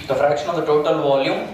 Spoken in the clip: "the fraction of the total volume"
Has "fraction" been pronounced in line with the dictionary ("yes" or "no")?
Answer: yes